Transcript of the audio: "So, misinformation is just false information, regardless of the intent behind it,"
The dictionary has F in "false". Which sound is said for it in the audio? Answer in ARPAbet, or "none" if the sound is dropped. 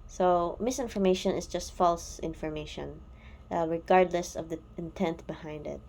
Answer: F